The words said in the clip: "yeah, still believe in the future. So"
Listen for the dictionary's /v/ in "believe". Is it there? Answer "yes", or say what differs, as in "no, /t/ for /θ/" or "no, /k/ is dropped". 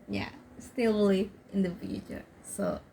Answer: no, /f/ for /v/